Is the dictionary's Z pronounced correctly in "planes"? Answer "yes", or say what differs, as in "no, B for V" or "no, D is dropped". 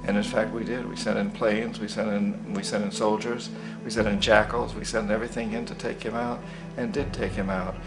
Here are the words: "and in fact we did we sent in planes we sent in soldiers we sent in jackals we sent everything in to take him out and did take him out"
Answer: yes